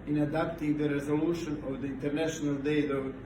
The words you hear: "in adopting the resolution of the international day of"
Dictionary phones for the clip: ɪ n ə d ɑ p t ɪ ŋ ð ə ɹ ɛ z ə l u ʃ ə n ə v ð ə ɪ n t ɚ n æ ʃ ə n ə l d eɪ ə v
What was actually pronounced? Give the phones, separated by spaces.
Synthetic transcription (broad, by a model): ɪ n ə d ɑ p t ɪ ŋ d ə ɹ ɛ z ə l u ʃ ə n ə v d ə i n t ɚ n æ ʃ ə n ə l d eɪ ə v